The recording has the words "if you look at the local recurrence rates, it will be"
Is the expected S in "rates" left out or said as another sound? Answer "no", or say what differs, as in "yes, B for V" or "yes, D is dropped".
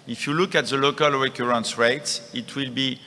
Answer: no